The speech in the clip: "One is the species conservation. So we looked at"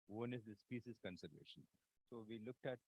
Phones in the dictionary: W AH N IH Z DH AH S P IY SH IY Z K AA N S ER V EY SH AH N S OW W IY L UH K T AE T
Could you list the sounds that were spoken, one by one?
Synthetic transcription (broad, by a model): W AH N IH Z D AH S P IY S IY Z K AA N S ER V EY SH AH N S OW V IY L UH K T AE T